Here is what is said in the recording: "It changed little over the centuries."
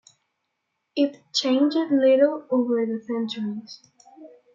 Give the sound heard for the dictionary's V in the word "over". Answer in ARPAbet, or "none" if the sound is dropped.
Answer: V